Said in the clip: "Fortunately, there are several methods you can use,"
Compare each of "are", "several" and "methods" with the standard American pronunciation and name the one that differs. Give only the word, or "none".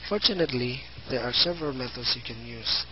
methods